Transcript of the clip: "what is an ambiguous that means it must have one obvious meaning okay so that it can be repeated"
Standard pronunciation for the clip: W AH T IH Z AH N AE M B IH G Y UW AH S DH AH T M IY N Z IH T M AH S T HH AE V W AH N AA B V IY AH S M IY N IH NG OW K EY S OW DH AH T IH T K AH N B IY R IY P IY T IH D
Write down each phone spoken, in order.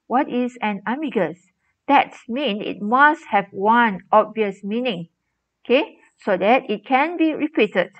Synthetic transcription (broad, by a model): W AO T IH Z AH N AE M IY G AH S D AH T M IY N IH T M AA S T HH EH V W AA N AA B V IY AH S M IY N IH NG OW K EY S OW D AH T IH T K AH N B IY R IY P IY T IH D